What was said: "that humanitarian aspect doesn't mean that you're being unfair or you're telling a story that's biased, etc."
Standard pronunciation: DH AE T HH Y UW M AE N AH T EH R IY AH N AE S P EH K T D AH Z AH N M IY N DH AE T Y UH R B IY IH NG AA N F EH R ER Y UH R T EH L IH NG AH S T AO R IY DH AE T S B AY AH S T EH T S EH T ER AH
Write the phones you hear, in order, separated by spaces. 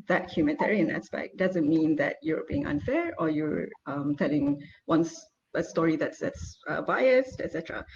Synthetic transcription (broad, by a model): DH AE T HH Y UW M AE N T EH R IY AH N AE S P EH K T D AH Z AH N M IY N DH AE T Y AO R B IY IH NG AA N F EH R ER Y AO R T EH L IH NG AH S T AO R IY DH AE T S B AY AH S T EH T S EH T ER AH